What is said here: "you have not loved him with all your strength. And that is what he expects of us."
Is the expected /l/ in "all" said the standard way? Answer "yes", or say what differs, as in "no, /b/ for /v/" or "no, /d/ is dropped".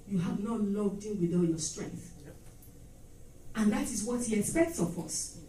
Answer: no, /n/ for /l/